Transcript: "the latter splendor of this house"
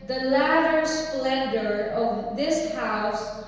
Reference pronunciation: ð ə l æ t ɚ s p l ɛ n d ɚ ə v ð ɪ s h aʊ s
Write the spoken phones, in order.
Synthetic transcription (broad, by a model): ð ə l æ t ɚ s p l ɛ n d ɚ ə v ð ɪ s h aʊ s